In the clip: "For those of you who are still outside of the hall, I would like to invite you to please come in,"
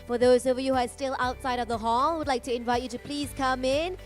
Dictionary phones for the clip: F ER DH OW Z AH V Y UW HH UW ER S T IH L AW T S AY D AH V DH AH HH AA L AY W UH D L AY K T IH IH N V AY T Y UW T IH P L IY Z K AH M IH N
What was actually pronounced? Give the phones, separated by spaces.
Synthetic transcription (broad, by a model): F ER DH OW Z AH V Y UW HH UW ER S T IH L AW T S AY D AH V DH AH HH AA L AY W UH D L AY K T IH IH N V AY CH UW T IH P L IY Z K AH M IH N